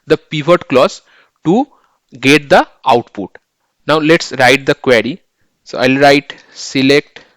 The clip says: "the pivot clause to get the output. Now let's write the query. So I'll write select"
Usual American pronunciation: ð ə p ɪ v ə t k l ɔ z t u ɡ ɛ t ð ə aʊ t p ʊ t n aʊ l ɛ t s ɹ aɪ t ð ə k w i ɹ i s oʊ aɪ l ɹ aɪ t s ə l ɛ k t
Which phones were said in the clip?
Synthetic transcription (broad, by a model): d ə p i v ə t k l ɔ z t u ɡ ɛ t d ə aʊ t p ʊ t n aʊ l ɛ t s ɹ aɪ t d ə k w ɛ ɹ i s oʊ aɪ l ɹ aɪ t s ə l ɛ k t